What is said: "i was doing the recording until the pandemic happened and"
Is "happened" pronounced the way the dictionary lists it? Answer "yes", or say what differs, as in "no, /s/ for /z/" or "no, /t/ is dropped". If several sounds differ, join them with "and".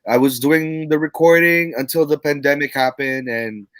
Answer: yes